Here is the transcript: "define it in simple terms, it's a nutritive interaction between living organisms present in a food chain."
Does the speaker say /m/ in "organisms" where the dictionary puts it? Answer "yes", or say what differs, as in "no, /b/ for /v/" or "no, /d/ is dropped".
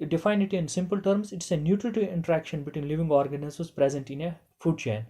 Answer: no, /m/ is dropped